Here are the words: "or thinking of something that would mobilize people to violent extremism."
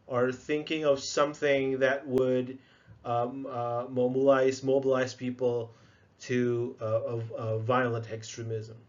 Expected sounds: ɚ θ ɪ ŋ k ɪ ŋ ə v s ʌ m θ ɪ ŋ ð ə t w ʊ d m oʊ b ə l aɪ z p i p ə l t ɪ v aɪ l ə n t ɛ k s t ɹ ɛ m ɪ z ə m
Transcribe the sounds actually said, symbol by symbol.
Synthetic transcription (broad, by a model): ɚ θ ɪ ŋ k ɪ ŋ ə v s ʌ m θ ɪ ŋ ð ə t w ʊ d m oʊ b ə l aɪ z p i p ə l t ɪ v aɪ l ə n t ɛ k s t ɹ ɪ m ɪ z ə m